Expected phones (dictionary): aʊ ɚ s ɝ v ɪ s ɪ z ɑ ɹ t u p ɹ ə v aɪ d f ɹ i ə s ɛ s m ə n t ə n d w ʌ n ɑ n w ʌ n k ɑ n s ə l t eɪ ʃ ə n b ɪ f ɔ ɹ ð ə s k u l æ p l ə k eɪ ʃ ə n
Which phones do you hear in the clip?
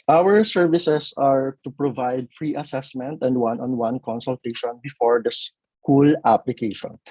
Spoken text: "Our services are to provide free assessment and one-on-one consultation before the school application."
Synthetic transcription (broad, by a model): aʊ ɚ s ɝ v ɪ s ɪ s ɑ ɹ t u p ɹ ə v aɪ d f ɹ i ə s ɛ s m ə n t ə n d w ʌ n ɑ n w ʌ n k ɑ n s ə l t eɪ ʃ ə n b ɪ f ɔ ɹ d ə s k u l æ p l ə k eɪ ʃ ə n